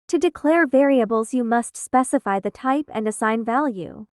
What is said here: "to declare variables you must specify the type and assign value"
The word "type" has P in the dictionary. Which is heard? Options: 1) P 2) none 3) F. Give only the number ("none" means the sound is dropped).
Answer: 1